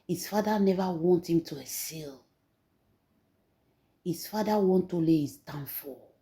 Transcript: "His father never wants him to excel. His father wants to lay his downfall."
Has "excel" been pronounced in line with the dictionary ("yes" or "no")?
no